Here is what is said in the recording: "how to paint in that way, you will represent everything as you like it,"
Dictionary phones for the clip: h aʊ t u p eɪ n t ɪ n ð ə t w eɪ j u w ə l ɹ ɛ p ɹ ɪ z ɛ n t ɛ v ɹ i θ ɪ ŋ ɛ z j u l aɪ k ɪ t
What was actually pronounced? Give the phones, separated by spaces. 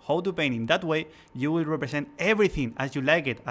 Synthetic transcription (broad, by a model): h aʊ t u p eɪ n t ɪ n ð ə t w eɪ j u w ə l ɹ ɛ p ɹ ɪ s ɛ n t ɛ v ɹ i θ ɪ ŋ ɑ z j u l aɪ k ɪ t